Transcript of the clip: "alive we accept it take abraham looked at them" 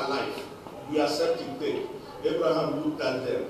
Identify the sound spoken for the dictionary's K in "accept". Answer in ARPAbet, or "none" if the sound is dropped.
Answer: none